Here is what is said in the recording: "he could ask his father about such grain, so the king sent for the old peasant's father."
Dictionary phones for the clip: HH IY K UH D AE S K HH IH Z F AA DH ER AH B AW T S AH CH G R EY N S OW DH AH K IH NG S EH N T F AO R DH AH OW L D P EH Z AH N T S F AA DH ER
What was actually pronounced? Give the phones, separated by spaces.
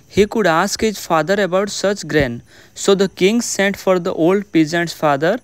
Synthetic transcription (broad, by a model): HH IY K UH D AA S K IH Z F AA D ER AH B AW T S AH CH G R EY N S OW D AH K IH NG S EH N T F AO R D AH OW L D P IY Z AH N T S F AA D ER